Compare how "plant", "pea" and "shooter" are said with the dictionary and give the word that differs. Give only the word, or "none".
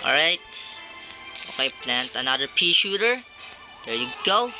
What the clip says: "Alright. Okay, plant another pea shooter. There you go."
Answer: none